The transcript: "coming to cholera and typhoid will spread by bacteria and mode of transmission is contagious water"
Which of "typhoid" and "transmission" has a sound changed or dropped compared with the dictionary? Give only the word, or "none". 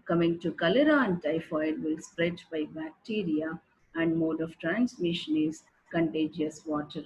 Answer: none